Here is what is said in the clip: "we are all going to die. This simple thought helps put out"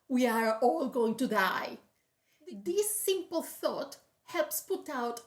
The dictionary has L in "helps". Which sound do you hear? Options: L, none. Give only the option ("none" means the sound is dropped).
L